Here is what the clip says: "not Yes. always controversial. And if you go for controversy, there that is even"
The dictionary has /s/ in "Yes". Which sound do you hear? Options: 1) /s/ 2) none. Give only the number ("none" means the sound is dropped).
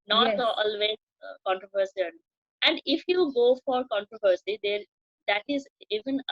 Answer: 2